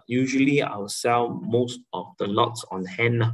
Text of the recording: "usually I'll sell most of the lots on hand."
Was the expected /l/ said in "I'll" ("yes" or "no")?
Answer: no